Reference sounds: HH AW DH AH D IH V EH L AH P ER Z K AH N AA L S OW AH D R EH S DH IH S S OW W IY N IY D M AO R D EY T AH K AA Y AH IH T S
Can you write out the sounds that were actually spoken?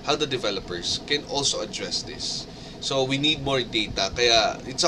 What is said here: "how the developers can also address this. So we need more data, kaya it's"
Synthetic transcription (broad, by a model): HH AW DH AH D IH V EH L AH P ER S K AH N AA L S OW AH D R EH S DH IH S S OW W IY N IY D M AO R D EY T AH K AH Y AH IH T S